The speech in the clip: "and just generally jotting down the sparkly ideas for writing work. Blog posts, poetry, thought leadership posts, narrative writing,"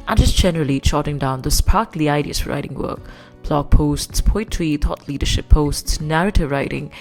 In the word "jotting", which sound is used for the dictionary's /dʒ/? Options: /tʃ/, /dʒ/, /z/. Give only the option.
/tʃ/